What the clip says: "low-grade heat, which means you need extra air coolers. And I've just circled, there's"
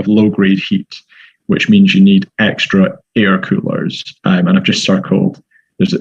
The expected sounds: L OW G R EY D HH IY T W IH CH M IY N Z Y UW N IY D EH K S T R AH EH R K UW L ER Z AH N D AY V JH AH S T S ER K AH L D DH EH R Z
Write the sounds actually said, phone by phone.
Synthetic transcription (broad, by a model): L OW G R EY D HH IY T W IH CH M IY N Z Y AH N IY D EH K S T R AH EH R K UW L ER Z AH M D AY V JH AH S T S ER K AH L D DH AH R Z